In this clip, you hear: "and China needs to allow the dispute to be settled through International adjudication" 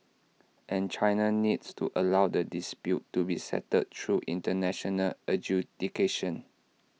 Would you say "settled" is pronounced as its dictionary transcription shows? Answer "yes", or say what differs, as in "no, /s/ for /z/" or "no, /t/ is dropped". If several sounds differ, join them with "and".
no, /l/ is dropped